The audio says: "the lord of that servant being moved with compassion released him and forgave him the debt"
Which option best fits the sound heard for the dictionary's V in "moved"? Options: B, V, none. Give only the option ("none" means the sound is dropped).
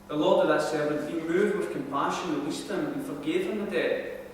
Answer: none